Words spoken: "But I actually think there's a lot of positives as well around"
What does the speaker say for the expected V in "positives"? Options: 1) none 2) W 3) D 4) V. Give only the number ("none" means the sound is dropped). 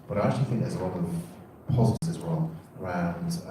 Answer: 1